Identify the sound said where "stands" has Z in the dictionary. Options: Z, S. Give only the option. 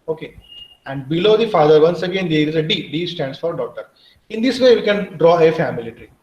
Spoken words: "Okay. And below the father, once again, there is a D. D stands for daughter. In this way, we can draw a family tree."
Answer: S